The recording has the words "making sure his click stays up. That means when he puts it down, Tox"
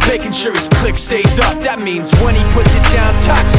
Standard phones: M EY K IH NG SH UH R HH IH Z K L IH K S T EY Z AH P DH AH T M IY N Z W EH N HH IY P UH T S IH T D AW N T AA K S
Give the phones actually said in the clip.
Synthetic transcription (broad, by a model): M EY K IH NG SH UH R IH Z K L IH K S T EY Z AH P DH AH T M IY N Z W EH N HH IY P UH T S IH T D AW N T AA K S